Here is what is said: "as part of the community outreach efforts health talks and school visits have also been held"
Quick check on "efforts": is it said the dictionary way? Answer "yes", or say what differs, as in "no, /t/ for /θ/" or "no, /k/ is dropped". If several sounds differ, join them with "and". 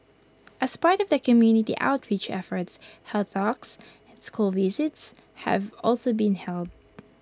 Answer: yes